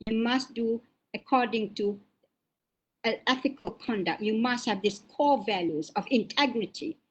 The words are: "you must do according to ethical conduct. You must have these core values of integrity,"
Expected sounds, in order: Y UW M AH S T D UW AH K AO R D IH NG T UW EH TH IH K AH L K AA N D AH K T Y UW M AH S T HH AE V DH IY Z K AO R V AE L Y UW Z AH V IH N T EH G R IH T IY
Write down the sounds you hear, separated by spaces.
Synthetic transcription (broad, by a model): Y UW M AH S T D UW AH K AO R D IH NG T UW EH TH IH K AH L K AA N D AH K T Y UW M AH S T HH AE V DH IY S K AO V AE L Y UW Z AH V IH N T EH G R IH T IY